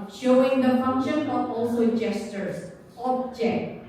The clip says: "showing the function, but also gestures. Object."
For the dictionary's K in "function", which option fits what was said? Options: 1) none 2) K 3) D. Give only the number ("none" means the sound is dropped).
2